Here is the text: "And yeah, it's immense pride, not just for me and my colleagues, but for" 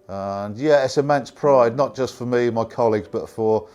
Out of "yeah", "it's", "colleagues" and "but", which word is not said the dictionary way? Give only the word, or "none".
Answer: none